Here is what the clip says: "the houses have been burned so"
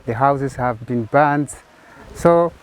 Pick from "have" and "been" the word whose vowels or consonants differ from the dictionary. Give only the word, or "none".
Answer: none